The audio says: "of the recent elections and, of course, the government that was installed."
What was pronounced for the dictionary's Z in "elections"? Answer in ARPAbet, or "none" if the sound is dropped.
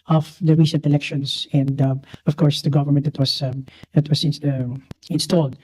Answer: S